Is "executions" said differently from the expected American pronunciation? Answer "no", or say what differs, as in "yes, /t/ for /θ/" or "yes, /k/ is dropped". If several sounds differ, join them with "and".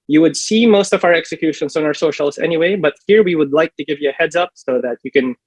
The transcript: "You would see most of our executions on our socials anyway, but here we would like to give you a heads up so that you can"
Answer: yes, /s/ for /z/